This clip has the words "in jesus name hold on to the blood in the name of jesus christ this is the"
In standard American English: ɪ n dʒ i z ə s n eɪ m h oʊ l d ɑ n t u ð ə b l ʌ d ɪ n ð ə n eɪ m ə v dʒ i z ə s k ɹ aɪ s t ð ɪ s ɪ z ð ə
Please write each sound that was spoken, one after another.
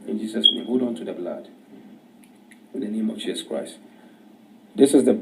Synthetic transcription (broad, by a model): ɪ n dʒ i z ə s n eɪ m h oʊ d ɑ n t u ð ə b l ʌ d ɪ n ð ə n eɪ m ə v dʒ i z ə s k ɹ aɪ s t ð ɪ s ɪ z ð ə